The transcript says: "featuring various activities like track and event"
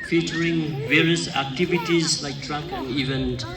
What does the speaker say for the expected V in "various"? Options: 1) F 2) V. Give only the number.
2